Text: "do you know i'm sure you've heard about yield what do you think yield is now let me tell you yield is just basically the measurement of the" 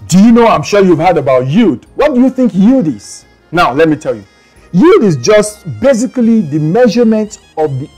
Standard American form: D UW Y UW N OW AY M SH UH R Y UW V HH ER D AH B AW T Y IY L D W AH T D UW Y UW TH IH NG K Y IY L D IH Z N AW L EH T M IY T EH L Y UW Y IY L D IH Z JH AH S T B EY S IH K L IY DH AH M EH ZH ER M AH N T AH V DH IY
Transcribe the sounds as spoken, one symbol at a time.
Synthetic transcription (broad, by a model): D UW Y UW N OW AY M SH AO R Y UW V HH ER D AH B AW T Y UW D W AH T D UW Y UW TH IH NG K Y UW D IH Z N AW L EH T M IY T EH L Y UW Y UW D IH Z JH AH S T B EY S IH K L IY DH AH M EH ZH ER M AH N T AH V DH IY